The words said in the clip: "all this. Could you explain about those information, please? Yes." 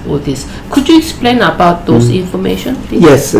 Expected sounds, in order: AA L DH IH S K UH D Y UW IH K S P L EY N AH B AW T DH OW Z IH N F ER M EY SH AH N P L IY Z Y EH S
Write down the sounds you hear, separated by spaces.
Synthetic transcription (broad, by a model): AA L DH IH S K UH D Y UW IH K S P L EY N AH B AW T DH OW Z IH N F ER M EY SH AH N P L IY Y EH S